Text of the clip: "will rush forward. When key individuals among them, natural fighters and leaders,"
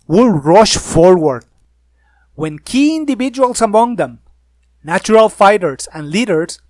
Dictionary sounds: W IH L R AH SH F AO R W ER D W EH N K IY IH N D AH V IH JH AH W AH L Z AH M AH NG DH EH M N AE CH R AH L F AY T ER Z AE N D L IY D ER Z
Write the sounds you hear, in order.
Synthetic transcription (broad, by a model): W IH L R AH SH F AO R W ER D W EH N K IY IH N D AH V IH JH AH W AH L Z AH M AH NG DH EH M N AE CH R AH L F AY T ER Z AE N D L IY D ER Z